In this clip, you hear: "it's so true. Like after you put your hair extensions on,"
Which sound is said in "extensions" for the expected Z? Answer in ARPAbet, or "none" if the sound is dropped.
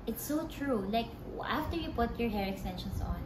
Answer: S